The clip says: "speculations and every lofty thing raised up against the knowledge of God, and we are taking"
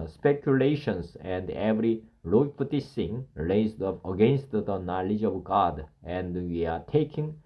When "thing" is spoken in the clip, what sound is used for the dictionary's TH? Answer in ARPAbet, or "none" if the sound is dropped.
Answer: S